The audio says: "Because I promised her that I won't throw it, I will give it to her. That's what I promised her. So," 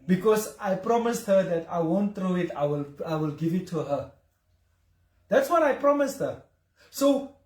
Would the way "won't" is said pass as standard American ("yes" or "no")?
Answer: yes